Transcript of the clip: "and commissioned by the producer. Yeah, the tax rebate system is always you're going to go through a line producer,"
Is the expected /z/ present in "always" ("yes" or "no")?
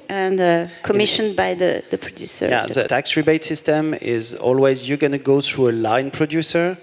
yes